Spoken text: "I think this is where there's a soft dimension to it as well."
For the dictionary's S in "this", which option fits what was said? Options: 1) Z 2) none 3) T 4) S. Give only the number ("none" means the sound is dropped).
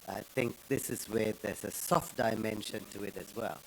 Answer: 4